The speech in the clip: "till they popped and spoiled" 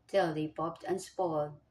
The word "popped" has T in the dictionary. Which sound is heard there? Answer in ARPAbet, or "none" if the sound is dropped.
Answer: T